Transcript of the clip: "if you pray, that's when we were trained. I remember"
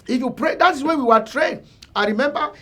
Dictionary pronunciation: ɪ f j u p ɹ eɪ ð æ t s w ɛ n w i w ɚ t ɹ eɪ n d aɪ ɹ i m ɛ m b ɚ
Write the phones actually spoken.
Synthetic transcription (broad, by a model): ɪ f j u p ɹ eɪ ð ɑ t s w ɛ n w i w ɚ t ɹ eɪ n aɪ ɹ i m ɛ m b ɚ